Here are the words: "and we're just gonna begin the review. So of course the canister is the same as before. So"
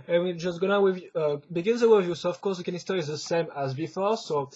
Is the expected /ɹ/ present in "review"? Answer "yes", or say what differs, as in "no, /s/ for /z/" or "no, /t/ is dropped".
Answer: no, /w/ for /ɹ/